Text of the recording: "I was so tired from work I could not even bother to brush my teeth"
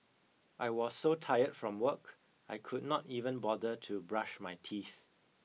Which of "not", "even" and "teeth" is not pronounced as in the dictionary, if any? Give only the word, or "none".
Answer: none